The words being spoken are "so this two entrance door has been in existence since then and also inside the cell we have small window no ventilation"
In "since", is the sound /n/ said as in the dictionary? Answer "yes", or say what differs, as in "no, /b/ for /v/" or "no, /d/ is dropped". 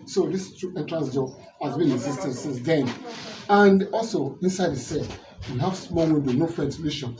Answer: no, /n/ is dropped